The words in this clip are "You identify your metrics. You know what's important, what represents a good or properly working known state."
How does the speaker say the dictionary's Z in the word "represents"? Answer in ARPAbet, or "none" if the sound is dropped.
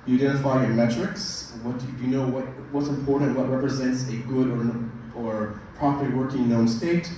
Z